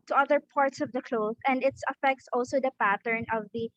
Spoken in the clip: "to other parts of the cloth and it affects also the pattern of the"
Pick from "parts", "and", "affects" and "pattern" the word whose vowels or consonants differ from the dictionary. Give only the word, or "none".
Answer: none